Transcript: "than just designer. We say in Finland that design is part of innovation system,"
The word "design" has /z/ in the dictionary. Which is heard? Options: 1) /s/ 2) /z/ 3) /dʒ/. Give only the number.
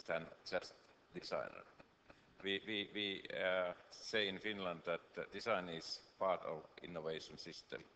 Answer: 1